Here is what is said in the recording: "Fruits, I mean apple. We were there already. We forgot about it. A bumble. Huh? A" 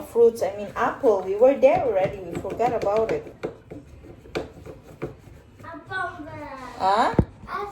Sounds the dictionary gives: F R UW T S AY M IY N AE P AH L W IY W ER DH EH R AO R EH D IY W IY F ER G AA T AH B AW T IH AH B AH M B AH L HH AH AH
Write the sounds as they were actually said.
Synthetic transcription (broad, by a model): F R UW T S AY M IY N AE P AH L W IY W ER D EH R AO R EH D IY W IY F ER G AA T AH B AW T IH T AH